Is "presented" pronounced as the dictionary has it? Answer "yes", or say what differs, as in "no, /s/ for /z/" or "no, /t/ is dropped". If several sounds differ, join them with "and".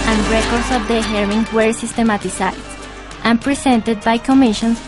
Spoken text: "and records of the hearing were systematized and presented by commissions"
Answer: no, /s/ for /z/